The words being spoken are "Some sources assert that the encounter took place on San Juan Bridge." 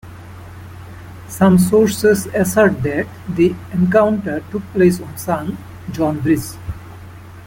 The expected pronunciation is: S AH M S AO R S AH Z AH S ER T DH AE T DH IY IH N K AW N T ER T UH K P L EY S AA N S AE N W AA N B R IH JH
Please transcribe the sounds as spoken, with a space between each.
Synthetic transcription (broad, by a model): S AH M S AO R S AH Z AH S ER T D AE T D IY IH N K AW N T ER T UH K P L EY S AA N S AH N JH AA N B R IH Z